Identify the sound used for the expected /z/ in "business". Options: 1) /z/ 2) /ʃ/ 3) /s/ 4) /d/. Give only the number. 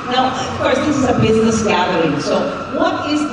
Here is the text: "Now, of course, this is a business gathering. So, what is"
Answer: 1